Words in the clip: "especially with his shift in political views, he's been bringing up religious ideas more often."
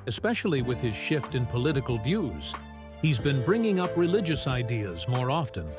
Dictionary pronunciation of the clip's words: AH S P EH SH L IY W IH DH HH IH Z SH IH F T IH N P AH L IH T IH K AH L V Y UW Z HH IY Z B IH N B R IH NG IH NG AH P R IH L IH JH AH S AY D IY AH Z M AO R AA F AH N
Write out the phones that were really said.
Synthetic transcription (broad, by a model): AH S P EH SH L IY W IH DH IH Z SH IH F T IH N P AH L IH T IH K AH L V Y UW Z HH IY Z B IH N B R IH NG IH NG AH P R IH L IH JH AH S AY D IY AH Z M AO R AA F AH N